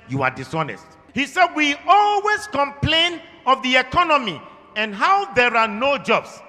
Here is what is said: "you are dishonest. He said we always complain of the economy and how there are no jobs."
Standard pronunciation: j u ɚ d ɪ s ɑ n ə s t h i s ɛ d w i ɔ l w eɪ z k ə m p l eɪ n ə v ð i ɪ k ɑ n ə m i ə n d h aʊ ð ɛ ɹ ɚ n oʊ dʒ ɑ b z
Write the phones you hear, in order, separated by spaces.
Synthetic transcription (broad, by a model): j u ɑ d ɪ s ɑ n ə s t h i s ɛ d w i ɔ l w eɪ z k ə m p l eɪ n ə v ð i ɪ k ɑ n ə m i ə n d h aʊ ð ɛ ɹ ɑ n oʊ dʒ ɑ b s